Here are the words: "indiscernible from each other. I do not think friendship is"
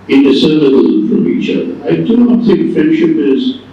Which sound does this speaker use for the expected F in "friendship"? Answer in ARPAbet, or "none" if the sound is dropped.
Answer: F